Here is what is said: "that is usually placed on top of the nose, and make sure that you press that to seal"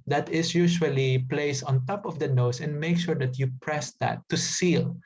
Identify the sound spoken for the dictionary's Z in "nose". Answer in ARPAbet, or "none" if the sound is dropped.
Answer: S